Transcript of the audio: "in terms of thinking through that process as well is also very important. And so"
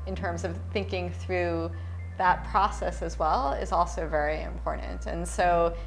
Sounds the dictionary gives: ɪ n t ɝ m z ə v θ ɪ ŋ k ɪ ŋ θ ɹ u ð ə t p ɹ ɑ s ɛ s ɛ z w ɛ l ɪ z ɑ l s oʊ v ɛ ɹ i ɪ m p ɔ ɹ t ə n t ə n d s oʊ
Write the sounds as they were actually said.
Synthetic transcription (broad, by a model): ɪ n t ɝ m z ə v θ ɪ ŋ k ɪ ŋ θ ɹ u ð ə t p ɹ ɑ s ɛ s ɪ z w ɛ l ɪ z ɑ l s oʊ v ɛ ɹ i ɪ m p ɔ ɹ t n t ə n s oʊ